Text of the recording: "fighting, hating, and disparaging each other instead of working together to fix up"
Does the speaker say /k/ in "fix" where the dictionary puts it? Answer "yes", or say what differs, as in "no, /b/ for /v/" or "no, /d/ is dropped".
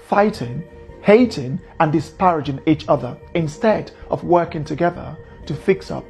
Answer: yes